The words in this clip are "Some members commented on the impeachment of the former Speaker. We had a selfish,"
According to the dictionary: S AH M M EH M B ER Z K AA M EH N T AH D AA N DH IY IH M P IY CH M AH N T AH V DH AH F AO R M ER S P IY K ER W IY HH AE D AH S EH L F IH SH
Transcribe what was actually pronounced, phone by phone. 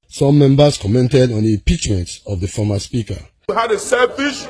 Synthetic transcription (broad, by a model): S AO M M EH M B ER S K AA M EH N T AH D AA N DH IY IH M P IY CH M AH N T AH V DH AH F AO M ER S P IY K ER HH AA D AH S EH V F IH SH